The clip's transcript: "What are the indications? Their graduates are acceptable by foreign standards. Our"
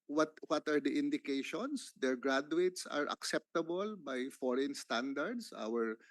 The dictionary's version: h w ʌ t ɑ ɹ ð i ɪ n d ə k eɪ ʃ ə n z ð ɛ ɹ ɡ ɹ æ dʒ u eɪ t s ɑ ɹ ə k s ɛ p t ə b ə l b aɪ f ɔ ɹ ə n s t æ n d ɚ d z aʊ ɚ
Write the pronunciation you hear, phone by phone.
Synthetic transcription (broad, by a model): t w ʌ t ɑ ɹ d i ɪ n d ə k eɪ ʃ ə n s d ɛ ɹ ɡ ɹ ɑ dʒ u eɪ t s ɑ ɹ ə k s ɛ p t ə b ə l b aɪ f ɔ ɹ ə n s t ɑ n d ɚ d s aʊ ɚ